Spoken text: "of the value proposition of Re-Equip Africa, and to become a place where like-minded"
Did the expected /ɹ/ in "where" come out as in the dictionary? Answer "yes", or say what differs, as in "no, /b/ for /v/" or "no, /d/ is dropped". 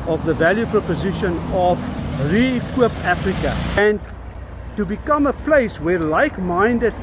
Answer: yes